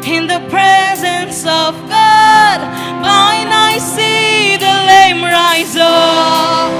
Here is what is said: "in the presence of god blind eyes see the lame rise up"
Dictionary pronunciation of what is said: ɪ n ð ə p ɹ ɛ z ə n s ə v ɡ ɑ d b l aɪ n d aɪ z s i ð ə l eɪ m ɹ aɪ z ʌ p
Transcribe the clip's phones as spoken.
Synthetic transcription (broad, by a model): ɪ n ð ə p ɹ ɛ z ə n s ə v ɡ ɑ d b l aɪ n aɪ s i ð ə l eɪ m ɹ aɪ z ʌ